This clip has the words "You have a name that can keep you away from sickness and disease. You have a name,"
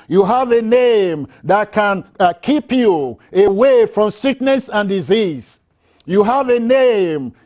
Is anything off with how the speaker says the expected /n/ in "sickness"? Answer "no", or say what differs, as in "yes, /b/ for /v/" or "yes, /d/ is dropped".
no